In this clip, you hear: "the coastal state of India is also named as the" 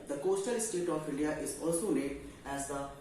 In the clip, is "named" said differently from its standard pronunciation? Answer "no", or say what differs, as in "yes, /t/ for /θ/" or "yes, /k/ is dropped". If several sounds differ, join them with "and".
yes, /m/ is dropped